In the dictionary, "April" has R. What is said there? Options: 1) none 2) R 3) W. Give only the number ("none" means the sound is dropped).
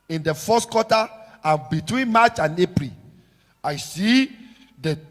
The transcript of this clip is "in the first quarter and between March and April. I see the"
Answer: 2